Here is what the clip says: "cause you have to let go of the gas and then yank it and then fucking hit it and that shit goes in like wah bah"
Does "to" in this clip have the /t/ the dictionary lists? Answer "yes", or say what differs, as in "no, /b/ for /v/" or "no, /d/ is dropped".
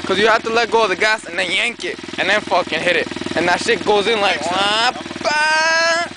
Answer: yes